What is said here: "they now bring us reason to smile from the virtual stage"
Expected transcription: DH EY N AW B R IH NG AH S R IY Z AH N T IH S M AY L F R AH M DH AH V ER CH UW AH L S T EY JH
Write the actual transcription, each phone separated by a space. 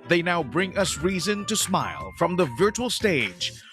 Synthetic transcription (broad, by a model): DH EY N AW B R IH NG AH S R IY Z AH N T IH S M AY L F R AH M DH AH V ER CH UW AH L S T EY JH